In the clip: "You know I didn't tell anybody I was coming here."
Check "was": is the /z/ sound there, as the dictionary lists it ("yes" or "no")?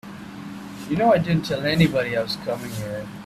no